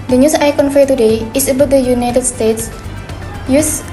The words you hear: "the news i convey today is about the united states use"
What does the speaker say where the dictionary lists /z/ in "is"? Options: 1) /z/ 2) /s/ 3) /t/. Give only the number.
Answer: 2